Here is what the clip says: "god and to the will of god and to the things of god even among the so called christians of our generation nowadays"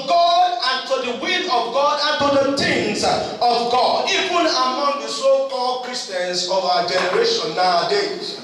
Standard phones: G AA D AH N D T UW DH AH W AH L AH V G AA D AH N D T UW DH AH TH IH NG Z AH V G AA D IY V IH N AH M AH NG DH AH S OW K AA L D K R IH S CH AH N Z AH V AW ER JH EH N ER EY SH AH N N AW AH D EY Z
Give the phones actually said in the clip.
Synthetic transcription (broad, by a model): G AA D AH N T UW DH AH W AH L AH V G AA D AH N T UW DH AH T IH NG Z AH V G AA D IY V IH N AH M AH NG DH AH S OW K AA L D K R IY S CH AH N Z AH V AW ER JH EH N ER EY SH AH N N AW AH D EY